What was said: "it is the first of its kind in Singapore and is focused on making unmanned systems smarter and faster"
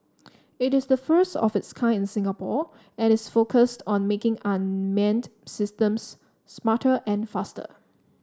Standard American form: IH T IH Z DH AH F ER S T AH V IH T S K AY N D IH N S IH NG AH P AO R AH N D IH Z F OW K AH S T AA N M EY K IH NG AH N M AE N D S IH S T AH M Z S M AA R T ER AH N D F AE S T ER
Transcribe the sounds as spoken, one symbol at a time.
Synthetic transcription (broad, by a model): IH T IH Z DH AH F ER S T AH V IH T S K AY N IH N S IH NG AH P AO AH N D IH S F OW K AH S T AA N M EY K IH NG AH N M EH N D S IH S T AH M S M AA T T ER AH N F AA S T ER